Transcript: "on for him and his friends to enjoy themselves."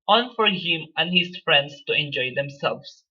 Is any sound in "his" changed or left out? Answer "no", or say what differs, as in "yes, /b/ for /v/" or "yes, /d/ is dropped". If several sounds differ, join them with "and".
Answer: yes, /s/ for /z/